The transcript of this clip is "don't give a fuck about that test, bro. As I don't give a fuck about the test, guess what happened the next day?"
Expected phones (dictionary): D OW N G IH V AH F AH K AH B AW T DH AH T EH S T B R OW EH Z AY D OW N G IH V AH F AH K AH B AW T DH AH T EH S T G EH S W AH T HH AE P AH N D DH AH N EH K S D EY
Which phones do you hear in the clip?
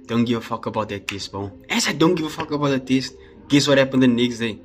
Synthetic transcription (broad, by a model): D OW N G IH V AH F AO K AH B AW T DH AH T EH S T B OW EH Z AY D OW N G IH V AH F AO K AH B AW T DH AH T EH S T G EH S W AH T HH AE P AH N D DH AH N EH K S D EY